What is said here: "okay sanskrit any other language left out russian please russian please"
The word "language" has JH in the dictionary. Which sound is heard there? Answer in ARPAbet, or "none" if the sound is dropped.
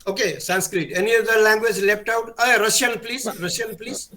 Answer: JH